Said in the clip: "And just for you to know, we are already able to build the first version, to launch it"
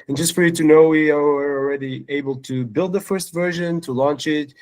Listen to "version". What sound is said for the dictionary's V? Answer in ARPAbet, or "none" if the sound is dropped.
V